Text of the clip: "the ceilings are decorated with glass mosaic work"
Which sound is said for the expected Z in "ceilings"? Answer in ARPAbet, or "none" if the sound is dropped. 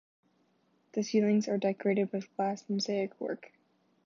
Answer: Z